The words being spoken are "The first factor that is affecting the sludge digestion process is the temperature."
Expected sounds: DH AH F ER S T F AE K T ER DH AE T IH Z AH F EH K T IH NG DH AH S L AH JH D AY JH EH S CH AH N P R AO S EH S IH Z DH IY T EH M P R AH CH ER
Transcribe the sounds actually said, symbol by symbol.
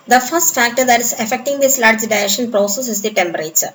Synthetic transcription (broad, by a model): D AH F ER S T F AE K T ER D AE T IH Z AH F EH K T IH NG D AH S L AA JH D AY EH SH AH N P R AO S EH S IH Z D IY T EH M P R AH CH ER